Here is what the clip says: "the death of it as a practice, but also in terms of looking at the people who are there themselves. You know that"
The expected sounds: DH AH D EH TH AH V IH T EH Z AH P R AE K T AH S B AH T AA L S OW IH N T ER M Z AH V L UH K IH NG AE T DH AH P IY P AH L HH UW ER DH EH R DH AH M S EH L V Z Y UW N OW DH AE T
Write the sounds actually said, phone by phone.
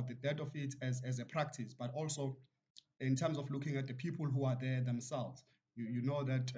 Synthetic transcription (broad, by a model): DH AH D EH T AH F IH T EH Z AH P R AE K T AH S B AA T AA L S OW IH N T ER M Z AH F L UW K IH NG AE T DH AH P IY P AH L HH UW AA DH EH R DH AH M S EH L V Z Y UW N OW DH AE T